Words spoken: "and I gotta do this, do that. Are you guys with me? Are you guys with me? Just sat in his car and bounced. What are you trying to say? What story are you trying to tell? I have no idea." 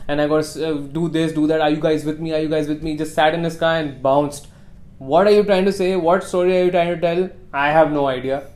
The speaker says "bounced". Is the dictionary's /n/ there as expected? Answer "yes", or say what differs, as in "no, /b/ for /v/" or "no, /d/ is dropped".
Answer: yes